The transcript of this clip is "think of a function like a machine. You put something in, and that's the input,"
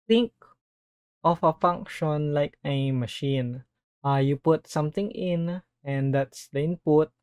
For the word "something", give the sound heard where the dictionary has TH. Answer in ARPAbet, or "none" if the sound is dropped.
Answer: T